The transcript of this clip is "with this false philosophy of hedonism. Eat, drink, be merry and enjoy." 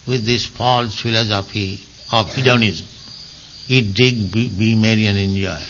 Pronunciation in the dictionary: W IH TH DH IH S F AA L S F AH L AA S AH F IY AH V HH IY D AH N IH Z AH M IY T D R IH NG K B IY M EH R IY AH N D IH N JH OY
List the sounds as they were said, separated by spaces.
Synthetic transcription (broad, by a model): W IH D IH S F AA L S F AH L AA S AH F IY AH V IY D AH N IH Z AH M IY T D IH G B IY M EH R IY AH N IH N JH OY